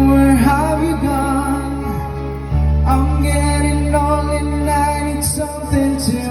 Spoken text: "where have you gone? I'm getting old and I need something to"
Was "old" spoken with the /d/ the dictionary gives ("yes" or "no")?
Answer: no